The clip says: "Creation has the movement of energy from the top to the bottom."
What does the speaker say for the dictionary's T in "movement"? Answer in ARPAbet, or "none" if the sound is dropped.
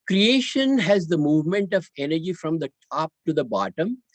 T